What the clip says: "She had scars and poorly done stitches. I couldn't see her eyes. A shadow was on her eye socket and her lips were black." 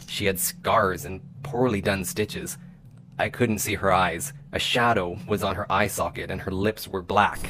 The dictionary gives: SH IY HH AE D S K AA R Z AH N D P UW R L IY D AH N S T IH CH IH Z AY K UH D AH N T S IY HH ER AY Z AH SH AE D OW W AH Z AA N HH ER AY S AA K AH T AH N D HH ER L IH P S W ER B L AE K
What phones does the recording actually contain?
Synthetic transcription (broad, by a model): SH IY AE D S K AA R Z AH N P UW R L IY D AH N S T IH CH IH Z AY K UH D N T S IY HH ER AY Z AH SH AE D OW W AH Z N ER AY S AA K AH T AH N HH ER L IH P S W ER B L AE K